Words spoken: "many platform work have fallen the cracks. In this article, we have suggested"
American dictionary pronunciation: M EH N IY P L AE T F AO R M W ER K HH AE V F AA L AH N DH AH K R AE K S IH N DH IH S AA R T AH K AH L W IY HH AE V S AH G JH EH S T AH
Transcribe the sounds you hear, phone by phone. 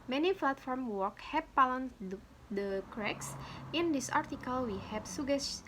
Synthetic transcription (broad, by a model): M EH N IY F L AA T F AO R M W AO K HH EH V P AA L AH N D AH K R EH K S IH N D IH S AA R T AH K AH L W IY HH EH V S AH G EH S